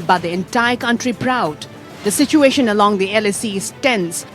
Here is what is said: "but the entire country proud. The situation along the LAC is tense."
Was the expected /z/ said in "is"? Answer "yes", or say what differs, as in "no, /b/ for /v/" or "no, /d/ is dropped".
no, /s/ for /z/